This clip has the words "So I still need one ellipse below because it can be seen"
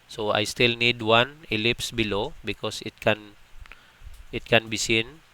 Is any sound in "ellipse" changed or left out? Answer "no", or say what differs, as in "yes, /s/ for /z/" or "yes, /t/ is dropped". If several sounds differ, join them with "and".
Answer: no